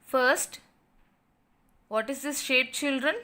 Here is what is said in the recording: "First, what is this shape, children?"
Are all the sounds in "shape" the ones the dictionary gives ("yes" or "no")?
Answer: yes